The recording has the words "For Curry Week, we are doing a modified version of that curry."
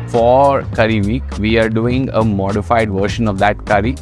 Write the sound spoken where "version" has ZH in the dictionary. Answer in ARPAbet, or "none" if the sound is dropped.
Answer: SH